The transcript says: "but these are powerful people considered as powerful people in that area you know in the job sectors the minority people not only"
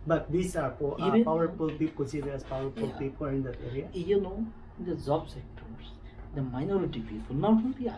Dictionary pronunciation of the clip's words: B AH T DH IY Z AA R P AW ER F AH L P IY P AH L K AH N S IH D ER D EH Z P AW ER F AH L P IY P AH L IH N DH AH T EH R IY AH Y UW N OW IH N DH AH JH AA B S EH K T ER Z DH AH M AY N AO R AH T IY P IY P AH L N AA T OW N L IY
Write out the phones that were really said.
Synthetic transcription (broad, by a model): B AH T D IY S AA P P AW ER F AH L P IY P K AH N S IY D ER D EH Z P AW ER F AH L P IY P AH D IH N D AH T EH R IY AH Y UW N OW IH N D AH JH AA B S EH K T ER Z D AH M AY N AO R AH T IY P IY P AH L N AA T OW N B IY